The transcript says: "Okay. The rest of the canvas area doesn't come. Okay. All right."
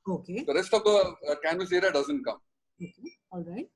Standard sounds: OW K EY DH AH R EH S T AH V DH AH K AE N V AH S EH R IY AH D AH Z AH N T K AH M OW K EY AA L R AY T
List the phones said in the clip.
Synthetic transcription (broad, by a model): OW K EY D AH R EH S T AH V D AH K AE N AH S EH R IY D AH Z AH N T K AH M OW K EY AA L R AY T